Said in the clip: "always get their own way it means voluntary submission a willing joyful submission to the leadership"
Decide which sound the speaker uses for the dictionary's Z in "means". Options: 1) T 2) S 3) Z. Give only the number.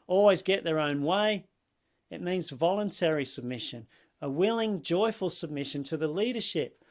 3